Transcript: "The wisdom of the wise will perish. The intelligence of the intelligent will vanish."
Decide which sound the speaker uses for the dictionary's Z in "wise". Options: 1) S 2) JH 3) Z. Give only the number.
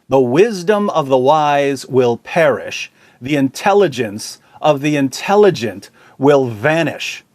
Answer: 3